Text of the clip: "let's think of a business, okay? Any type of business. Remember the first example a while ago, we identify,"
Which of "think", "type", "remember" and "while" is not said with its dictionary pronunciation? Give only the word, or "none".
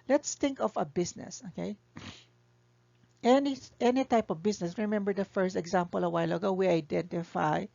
think